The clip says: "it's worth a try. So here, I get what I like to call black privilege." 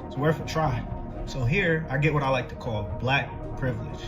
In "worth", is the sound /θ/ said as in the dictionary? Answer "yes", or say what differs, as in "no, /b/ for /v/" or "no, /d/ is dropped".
no, /f/ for /θ/